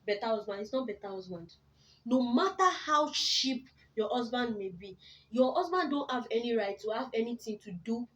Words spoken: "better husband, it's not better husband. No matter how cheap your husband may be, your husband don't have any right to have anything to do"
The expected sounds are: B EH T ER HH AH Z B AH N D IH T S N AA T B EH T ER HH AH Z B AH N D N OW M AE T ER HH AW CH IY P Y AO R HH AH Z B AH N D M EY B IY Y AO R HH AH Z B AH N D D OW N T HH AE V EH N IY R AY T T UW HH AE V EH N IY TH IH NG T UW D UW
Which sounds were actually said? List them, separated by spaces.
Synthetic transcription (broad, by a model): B EH T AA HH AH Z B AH N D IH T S N AA T B EH T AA HH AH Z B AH N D N OW M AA T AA HH AW SH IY P Y AO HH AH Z B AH N D M EY B IY Y AO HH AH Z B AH N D D OW N T HH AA V EH N IY R AY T T UW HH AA V EH N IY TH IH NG T UW D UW